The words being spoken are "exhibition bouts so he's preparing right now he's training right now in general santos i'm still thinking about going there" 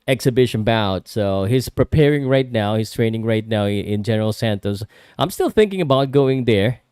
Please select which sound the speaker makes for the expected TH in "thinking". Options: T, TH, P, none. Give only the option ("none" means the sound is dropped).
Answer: TH